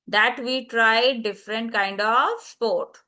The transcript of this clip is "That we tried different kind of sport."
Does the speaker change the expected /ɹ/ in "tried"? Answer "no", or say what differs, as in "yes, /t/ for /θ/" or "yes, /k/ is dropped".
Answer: no